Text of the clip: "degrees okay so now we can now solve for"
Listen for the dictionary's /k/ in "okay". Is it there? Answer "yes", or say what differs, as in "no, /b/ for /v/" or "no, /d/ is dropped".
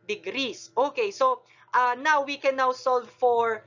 yes